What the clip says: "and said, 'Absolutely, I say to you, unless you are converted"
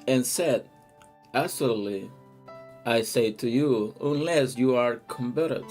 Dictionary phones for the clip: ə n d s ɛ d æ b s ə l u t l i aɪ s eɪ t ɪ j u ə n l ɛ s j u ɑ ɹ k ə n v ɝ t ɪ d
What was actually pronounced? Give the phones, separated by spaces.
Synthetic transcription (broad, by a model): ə n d s ɛ d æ s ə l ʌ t l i aɪ s eɪ t ɪ j u ə n l ɛ s j u ɑ ɹ k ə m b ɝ t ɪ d